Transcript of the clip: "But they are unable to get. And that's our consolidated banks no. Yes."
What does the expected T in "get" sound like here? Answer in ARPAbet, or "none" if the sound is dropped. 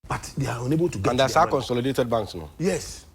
none